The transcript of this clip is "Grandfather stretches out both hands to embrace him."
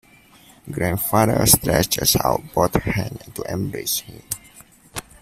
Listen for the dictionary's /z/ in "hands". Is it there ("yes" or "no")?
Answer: no